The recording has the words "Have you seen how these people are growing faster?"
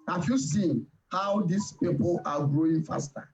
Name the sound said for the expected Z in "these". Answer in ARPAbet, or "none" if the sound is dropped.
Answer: S